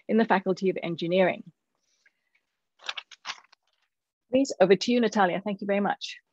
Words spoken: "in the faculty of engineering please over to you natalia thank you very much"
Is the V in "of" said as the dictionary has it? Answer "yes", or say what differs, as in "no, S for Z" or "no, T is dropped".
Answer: yes